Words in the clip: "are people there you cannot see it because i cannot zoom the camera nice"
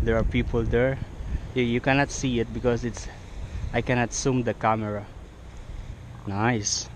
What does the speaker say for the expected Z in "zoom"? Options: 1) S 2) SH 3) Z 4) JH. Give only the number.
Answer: 1